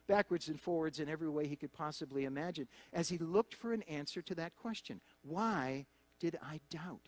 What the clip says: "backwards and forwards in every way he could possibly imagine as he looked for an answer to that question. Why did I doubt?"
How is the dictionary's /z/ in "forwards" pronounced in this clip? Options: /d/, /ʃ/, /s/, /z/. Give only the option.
/z/